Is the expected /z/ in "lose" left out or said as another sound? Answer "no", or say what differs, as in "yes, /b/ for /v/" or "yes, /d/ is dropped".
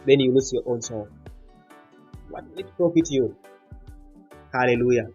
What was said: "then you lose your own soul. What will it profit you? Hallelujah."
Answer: yes, /s/ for /z/